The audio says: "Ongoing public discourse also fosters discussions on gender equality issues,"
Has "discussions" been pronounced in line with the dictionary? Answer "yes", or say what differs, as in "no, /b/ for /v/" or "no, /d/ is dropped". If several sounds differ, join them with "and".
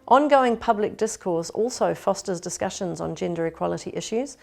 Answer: yes